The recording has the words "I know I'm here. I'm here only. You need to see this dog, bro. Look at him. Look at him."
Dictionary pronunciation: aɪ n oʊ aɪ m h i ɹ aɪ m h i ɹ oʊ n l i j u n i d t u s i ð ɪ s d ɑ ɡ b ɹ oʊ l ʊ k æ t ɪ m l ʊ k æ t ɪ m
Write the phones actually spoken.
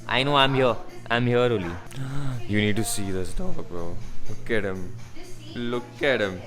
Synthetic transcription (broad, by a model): aɪ n oʊ aɪ m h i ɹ aɪ m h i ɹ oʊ l i j u n i d t u s i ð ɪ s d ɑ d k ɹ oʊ l ʊ k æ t ɪ m l ʊ k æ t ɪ m